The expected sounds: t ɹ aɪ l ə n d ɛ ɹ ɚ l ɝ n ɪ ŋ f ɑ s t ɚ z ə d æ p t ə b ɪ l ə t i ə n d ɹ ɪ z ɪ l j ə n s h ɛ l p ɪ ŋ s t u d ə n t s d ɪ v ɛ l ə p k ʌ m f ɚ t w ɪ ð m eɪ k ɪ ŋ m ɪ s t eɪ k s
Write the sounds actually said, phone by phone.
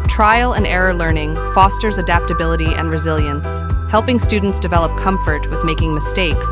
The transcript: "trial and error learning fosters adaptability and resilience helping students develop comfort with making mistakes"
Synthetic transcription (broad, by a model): t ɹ aɪ l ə n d ɛ ɹ ɚ l ɝ n ɪ ŋ f ɑ s t ɚ z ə d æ p t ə b ɪ l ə t i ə n ɹ ɪ z ɪ l j ə n s h ɛ l p ɪ ŋ s t u d n t s d ɪ v ɛ l ə p k ʌ m f ɚ t w ɪ ð m eɪ k ɪ ŋ m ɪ s t eɪ k s